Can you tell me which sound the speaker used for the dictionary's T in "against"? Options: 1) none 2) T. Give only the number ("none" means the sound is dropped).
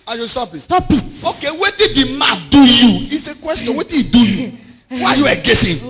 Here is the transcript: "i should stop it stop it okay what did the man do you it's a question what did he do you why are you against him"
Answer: 1